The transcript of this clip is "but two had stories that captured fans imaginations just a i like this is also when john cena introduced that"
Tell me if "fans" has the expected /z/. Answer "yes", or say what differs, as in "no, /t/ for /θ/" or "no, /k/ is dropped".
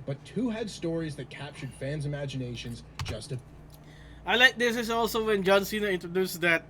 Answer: yes